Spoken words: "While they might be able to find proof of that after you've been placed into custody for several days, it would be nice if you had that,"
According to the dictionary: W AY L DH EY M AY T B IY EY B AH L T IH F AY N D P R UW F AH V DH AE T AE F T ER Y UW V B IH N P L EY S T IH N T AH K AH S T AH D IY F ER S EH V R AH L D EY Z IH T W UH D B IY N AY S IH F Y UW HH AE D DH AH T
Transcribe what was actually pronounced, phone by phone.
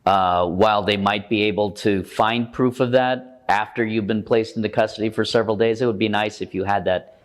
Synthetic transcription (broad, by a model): W AY L DH EY M AY T B IY EY B L T IH F AY N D P R UW F AH V DH AE T AE F T ER Y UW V B IH N P L EY S T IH N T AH K AH S T AH D IY F ER S EH V R L D EY Z IH T W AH D B IY N AY S IH F Y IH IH D DH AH T